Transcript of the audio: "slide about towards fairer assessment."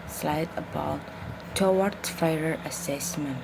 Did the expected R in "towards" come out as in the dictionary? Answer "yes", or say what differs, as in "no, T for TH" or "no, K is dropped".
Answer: no, W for R